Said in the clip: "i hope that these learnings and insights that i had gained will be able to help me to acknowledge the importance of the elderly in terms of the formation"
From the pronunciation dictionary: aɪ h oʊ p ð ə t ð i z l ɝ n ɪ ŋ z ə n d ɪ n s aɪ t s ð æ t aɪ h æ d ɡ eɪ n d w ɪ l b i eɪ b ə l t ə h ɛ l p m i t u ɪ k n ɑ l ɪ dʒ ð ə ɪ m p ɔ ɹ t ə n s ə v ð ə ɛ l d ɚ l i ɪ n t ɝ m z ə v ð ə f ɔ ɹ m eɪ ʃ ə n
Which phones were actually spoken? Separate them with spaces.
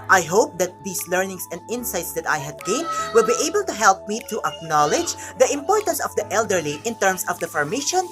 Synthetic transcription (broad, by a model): aɪ h oʊ p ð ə t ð i s l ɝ n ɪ ŋ s ə n d ɪ n s aɪ t s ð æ t aɪ h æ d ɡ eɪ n w ɪ l b i eɪ b ə l t ə h ɛ l p m i t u ɪ k n ɑ l ɪ dʒ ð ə ɪ m p ɔ ɹ t ə n s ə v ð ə ɛ l d ɚ l i ɪ n t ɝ m s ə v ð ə f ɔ ɹ m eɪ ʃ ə n